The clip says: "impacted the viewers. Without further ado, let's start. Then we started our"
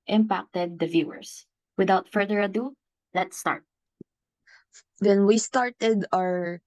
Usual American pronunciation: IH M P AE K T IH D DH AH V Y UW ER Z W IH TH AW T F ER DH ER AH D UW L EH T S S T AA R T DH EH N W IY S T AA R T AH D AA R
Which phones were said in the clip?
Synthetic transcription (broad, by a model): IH M P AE K T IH D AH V Y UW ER S W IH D AW T F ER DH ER AH D UW L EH T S S T AA R T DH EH N W IY S T AA R T AH D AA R